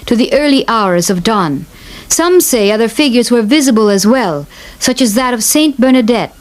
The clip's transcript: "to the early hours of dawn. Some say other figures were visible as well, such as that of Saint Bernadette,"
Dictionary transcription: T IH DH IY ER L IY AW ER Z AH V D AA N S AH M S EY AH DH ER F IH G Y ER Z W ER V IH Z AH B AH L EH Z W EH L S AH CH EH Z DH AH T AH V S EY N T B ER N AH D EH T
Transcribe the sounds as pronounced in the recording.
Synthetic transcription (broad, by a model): T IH DH IY ER L IY AW ER Z AH V D AA N S AH M S EY AH DH ER F IH G Y ER Z W ER V IH Z AH B AH L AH Z W EH L S AH CH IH Z DH AH T AH V S EY N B ER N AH D EH T